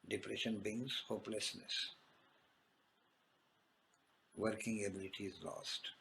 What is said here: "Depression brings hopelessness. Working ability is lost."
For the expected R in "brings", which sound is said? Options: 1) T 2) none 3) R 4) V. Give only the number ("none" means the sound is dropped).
2